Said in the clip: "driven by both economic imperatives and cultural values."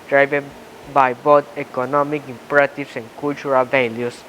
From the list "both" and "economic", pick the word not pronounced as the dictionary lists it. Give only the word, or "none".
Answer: both